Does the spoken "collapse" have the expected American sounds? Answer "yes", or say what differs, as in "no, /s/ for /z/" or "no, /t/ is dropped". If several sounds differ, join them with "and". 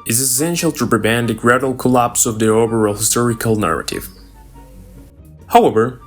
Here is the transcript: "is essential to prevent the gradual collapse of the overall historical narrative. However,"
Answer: yes